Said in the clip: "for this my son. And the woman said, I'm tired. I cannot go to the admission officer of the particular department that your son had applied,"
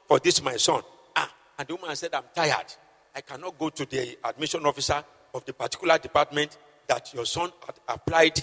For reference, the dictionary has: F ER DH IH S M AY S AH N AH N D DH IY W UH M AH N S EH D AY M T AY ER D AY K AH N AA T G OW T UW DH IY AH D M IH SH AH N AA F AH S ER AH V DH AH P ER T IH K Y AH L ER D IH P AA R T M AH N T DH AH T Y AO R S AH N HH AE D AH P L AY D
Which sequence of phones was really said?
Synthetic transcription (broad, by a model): F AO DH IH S M AY S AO N AH N D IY W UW M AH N S EH D AY M T AY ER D AY K AH N AA T G OW T UW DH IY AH D M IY SH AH N AA F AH S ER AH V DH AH P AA T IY K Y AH L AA D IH P AA T M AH N T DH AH T Y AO S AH N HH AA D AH P L AY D